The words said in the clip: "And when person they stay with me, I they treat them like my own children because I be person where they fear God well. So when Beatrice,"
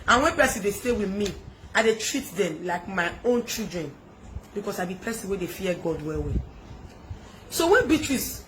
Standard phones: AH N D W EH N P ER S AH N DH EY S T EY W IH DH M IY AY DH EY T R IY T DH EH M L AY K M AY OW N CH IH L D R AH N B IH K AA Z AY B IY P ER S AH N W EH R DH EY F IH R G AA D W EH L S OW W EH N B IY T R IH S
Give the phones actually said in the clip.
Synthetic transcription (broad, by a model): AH N W EH N P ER S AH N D EY S T EY W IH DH M IY AY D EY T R IY T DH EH M L AY K M AY OW N CH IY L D R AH N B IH K AA S AY B IY P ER S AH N W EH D EY F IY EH G AA D W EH W S OW W EH N B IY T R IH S